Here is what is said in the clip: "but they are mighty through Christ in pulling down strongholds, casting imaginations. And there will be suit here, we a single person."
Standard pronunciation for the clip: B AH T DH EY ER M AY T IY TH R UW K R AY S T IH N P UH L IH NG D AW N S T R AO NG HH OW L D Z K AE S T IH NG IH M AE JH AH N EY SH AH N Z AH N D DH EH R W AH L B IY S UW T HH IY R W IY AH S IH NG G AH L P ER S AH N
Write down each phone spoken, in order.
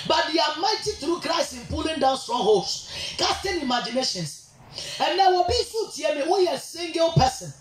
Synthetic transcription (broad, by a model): B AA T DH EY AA M AY T IY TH R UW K R AY S IH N P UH L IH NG D AW N S T R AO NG HH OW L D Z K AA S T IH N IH M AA JH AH N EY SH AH N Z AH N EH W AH B IY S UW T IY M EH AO AH S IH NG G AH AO P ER S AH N